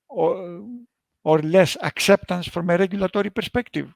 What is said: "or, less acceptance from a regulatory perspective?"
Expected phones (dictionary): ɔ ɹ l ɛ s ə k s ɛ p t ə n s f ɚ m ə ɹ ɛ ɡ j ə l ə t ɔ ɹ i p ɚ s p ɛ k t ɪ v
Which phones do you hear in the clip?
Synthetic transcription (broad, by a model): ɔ ɹ l ɛ s ə k s ɛ p t ə n s f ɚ m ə ɹ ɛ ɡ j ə l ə t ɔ ɹ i p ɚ s p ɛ k t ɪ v